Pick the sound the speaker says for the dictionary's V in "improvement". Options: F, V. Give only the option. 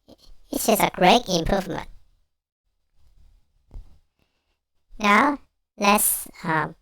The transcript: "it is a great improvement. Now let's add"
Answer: V